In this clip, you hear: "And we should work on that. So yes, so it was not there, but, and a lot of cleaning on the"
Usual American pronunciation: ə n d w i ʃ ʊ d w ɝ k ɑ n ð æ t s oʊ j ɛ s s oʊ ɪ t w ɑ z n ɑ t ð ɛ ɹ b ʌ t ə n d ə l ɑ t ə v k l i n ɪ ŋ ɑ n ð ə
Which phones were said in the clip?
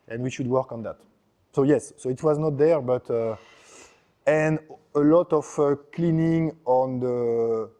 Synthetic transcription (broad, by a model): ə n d w i ʃ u d w ɝ k ɑ n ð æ t s oʊ j ɛ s s oʊ ɪ t w ɑ z n ɑ t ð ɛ ɹ b ʌ t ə n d ə l ɑ t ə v k l i n ɪ ŋ ɑ n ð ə